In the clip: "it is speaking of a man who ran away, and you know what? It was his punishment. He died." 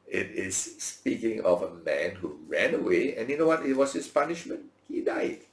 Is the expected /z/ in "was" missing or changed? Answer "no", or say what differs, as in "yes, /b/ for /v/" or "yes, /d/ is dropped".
yes, /s/ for /z/